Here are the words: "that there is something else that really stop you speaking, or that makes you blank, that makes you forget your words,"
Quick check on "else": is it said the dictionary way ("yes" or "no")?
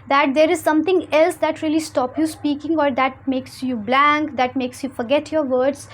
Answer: yes